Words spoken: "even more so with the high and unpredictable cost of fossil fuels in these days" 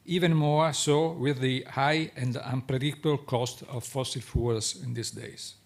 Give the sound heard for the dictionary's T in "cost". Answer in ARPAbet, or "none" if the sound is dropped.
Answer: T